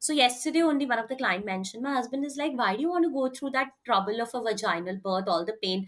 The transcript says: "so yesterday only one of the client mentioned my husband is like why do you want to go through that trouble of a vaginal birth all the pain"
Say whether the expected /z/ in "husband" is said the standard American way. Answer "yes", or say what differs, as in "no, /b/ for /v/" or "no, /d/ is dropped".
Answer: yes